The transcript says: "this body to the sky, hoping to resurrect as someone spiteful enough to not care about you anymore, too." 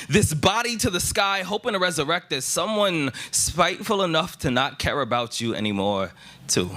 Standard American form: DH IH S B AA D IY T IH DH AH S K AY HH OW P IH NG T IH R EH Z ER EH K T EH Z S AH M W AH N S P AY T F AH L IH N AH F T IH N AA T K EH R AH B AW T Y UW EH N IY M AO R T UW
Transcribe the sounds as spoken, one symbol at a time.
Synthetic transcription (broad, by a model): DH IH S B AA D IY T IH DH AH S K AY HH OW P IH NG T IH R EH Z ER EH K T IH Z S AH M W AH N S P AY T F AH L IH N AH F T IH N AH T K EH R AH B AW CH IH EH N IY M AO R T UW